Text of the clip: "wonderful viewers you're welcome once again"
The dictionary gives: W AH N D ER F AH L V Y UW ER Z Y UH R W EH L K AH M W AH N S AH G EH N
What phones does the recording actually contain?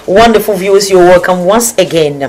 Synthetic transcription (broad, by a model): W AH N D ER F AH L V Y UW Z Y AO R W EH L K AH M W AH N S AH G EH N